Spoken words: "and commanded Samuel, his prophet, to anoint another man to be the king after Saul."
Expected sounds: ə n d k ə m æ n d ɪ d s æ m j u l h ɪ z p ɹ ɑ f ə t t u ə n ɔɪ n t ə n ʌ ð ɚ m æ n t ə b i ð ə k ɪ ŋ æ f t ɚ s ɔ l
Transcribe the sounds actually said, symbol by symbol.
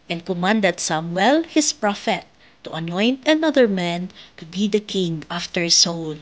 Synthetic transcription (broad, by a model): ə n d k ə m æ n d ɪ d s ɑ m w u l h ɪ s p ɹ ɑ f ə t t u ə n ɔɪ n t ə n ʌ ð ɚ m æ n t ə b i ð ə k ɪ ŋ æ f t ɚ s ɔ l